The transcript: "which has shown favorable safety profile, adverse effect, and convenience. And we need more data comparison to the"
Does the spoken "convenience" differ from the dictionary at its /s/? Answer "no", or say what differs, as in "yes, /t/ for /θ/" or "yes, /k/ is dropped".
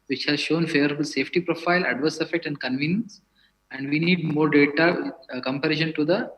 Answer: no